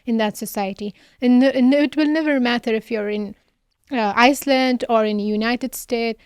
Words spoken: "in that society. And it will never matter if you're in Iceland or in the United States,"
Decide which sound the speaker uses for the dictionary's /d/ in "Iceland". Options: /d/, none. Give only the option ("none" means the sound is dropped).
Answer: /d/